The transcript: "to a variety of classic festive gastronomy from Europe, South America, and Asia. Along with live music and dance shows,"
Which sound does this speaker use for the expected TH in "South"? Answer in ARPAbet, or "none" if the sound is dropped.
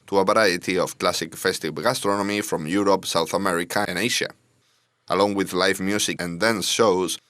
TH